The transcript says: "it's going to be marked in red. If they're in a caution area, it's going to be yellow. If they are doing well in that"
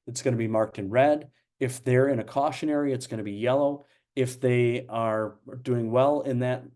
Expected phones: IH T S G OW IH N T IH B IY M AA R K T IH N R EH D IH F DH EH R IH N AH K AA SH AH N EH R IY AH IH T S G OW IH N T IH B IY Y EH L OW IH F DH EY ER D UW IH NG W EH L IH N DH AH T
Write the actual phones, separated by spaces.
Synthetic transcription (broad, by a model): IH T S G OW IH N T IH B IY M AA R K T IH N R EH D IH F DH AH R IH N AH K AA SH AH N EH R IY AH IH T S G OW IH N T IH B IY Y EH L OW IH F DH EY ER D UW IH NG W EH L IH N DH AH T